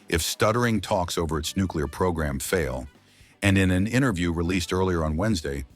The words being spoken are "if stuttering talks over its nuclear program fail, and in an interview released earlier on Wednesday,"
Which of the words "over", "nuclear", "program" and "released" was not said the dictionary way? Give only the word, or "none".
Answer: none